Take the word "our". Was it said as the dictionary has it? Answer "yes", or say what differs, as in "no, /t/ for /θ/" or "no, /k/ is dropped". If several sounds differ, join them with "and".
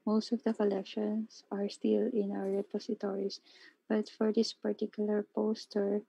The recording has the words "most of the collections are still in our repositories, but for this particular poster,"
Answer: no, /w/ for /ɹ/